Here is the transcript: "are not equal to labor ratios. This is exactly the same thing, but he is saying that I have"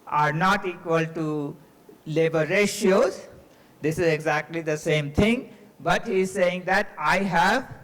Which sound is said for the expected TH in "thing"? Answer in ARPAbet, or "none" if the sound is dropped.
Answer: T